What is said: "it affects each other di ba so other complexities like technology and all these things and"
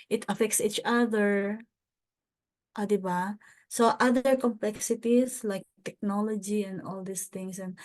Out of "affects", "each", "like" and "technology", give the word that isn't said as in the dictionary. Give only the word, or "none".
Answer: none